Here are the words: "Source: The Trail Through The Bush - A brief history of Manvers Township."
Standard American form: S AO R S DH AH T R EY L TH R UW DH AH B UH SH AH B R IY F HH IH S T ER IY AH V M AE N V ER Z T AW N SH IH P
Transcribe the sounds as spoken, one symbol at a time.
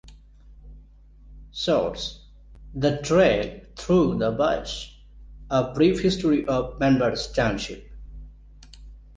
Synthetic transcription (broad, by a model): S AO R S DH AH T R EY L T R UW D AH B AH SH AH B R IY F HH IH S T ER IY AH V M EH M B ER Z T AW N SH IH P